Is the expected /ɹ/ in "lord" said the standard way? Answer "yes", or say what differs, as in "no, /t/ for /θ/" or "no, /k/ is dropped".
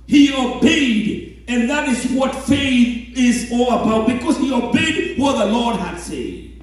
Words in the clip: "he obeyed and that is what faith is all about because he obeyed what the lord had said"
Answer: yes